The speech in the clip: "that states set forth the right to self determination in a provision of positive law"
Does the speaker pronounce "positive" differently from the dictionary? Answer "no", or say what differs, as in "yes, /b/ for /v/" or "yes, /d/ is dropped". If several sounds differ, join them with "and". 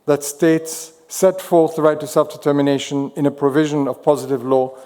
no